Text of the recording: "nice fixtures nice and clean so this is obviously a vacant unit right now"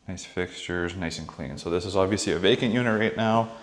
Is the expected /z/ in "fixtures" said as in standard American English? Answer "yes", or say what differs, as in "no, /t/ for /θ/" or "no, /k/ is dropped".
yes